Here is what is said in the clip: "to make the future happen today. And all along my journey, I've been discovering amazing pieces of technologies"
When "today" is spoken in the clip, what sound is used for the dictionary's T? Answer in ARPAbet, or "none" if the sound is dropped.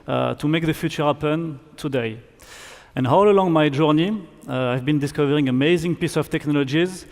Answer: T